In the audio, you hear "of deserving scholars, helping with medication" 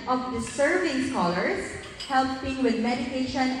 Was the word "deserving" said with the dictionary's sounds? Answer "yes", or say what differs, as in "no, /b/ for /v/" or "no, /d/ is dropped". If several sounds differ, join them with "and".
no, /s/ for /z/